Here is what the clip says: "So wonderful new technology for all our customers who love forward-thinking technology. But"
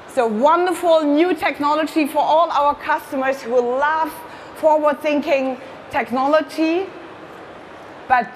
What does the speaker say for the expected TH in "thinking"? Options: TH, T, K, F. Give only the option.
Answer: TH